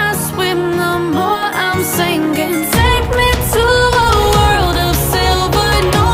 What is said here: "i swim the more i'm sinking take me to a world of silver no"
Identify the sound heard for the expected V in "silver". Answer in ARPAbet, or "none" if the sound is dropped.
B